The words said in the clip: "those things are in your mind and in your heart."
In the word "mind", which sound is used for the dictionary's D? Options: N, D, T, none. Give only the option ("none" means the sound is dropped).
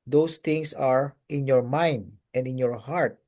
D